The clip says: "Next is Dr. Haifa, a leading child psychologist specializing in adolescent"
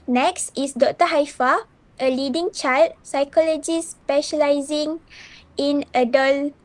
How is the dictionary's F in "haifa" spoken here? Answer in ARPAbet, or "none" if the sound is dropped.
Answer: F